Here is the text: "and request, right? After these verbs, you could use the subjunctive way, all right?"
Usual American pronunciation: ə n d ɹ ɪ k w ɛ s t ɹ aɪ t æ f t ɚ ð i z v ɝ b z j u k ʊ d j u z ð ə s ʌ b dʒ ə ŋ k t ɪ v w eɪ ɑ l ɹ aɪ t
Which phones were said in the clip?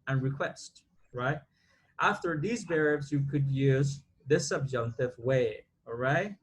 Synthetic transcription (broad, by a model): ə n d ɹ ɪ k w ɛ s t ɹ aɪ t æ f t ɚ ð i z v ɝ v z j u k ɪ d j u z ð ə s ʌ b dʒ ə ŋ k t ɪ v w eɪ ɑ l ɹ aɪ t